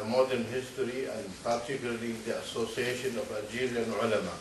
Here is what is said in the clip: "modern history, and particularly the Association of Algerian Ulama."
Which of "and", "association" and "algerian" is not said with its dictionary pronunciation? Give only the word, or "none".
algerian